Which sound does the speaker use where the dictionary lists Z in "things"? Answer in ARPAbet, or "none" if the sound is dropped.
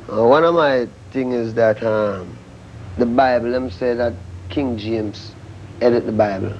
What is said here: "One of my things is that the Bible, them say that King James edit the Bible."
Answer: none